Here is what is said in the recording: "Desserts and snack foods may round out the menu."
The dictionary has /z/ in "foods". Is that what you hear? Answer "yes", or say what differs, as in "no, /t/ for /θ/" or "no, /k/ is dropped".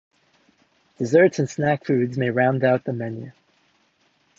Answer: yes